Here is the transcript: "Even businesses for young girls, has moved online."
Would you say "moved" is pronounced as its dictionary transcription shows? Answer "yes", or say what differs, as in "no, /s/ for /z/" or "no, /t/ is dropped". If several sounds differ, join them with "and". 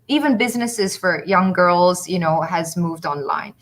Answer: yes